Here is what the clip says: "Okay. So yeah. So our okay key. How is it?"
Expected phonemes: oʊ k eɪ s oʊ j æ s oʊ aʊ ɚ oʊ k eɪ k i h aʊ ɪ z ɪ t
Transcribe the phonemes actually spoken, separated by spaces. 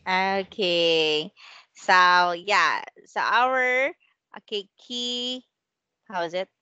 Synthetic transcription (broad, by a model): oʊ k eɪ s oʊ j æ s oʊ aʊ ɚ oʊ k eɪ k i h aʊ ɪ z ɪ t